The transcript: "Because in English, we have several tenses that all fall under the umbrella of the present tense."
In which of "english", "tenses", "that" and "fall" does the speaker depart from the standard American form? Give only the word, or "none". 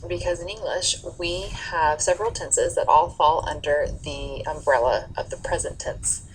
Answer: none